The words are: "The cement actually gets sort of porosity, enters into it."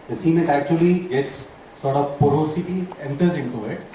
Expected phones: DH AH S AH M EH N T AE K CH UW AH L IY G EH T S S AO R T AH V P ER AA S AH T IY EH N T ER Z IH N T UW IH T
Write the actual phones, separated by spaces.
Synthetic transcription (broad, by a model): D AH S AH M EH T AE K CH UW AH L IY G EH T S S AO R T AH V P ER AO S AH T IY EH N T ER Z IH N T UW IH T